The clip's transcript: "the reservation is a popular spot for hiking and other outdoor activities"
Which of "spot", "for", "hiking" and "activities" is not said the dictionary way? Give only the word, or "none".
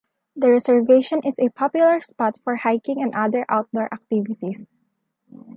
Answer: activities